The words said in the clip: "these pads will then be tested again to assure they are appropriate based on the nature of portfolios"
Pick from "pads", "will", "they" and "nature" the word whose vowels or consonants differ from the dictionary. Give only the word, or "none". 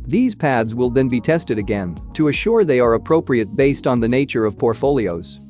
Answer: none